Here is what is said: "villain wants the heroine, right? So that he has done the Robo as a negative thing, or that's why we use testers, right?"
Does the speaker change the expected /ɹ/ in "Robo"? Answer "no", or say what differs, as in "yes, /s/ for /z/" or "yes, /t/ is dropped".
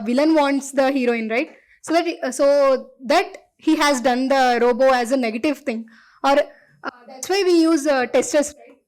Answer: no